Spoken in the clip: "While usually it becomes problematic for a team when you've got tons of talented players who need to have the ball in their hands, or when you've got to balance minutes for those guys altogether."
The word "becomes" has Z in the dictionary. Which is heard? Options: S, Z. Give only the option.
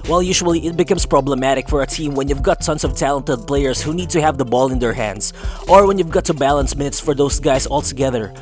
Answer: S